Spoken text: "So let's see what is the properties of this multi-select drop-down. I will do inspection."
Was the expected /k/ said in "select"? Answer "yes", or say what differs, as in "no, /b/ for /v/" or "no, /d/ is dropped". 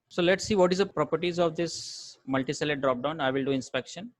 no, /k/ is dropped